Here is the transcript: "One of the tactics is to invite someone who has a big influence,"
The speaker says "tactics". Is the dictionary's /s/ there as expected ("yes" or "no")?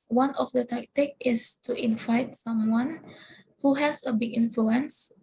no